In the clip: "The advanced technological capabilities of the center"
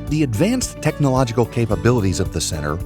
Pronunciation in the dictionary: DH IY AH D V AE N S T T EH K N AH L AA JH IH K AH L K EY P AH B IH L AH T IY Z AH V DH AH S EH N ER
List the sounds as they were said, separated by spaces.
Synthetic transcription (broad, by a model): DH IY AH D V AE N S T T EH K N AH L AA JH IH K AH L K EY P AH B IH L AH T IY Z AH V DH AH S EH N ER